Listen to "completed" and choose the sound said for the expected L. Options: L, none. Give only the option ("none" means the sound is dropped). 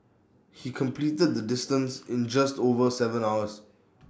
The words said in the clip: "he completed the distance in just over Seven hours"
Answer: L